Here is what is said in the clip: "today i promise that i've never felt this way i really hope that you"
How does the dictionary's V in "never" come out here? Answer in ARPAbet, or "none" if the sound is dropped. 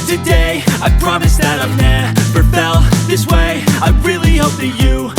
P